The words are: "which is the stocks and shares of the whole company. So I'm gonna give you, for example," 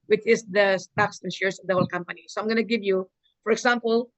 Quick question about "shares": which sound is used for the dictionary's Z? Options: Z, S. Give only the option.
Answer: S